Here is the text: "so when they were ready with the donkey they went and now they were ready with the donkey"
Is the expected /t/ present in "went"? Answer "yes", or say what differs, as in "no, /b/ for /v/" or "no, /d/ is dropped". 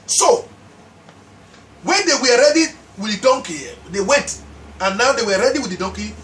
yes